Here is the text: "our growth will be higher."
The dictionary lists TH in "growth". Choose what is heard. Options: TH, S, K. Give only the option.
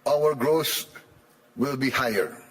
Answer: S